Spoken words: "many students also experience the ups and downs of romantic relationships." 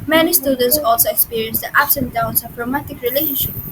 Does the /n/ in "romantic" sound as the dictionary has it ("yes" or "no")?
no